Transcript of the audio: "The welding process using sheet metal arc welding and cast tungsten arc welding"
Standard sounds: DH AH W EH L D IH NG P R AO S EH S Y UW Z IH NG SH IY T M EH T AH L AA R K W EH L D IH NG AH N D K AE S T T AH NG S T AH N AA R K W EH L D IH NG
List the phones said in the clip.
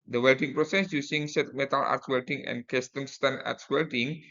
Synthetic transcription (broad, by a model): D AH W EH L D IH NG P R AO S EH S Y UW S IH NG S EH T M EH T AH L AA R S W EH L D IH NG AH N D K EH S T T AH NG S T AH N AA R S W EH L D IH NG